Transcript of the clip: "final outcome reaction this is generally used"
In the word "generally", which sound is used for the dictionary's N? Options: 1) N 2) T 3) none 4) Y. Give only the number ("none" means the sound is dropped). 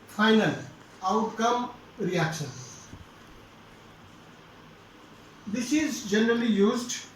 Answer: 1